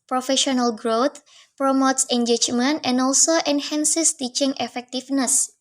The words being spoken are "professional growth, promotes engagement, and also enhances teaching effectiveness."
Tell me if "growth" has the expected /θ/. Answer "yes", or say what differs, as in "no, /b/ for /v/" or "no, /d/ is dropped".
no, /t/ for /θ/